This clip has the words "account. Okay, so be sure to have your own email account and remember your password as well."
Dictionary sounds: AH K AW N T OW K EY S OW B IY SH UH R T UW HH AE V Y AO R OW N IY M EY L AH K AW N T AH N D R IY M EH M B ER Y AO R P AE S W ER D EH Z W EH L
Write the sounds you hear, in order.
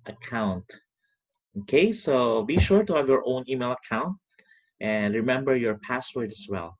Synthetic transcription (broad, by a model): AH K AW N T OW K EY S OW B IY SH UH R T UW HH AE V Y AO R OW N IY M EY L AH K AW N T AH N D R IY M EH M B ER Y AO R P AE S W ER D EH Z W EH L